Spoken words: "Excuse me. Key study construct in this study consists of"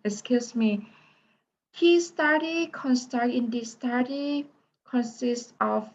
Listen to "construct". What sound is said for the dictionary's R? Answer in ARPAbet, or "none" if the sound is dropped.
none